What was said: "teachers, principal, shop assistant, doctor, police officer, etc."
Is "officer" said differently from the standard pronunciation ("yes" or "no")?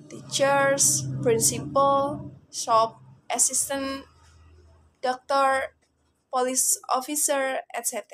no